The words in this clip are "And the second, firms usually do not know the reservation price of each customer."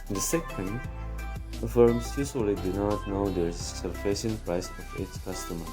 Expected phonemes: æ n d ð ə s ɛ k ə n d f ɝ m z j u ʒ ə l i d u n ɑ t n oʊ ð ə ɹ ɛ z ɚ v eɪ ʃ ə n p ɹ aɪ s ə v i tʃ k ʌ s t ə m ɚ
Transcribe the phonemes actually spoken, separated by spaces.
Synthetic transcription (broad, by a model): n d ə s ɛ k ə n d f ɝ m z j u s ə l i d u n ɑ t n oʊ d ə ɹ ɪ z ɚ f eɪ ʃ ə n p ɹ aɪ s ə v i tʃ k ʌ s t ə m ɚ